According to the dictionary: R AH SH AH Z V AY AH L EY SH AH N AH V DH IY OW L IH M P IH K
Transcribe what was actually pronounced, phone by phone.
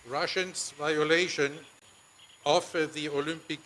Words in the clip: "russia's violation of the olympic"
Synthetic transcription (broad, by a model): R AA SH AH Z V AY AH L EY SH AH N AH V DH IY OW L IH M P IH K